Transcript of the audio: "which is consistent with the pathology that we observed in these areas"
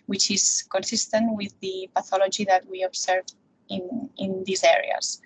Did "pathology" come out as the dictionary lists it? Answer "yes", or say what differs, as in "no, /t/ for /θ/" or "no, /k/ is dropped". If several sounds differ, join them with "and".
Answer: yes